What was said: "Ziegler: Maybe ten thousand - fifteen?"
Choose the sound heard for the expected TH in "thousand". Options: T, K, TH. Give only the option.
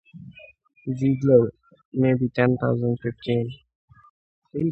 T